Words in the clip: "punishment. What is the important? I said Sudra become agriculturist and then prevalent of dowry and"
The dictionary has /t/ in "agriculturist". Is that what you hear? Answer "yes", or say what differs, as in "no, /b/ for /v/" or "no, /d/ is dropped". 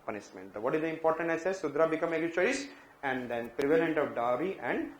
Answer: no, /t/ is dropped